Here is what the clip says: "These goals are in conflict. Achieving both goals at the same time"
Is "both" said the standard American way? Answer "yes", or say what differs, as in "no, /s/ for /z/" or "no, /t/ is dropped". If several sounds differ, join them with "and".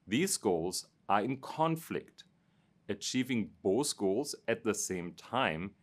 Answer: no, /s/ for /θ/